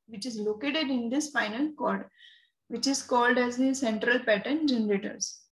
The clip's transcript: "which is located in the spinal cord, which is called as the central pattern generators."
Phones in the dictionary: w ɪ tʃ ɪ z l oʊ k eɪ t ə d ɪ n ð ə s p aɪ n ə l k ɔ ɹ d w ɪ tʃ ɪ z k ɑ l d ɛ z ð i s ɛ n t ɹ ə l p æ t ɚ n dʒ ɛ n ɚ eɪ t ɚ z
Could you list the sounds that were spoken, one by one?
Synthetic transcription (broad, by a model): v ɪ tʃ ɪ z l oʊ k eɪ t ə d ɪ n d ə s f aɪ n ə l k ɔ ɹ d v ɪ tʃ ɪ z k ɑ l d ɛ z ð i s ɛ n t ɹ ə l p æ t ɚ n dʒ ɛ n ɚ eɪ t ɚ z